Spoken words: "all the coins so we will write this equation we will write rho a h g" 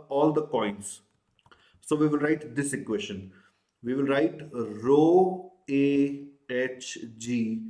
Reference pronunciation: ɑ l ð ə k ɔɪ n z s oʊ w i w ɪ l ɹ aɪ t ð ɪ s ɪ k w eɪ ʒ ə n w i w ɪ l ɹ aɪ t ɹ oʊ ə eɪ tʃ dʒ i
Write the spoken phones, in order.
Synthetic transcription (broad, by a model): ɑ l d ə k ɔɪ n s s oʊ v i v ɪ l ɹ aɪ t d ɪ s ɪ k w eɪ ʃ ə n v i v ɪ l ɹ aɪ t ɹ oʊ ə eɪ tʃ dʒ i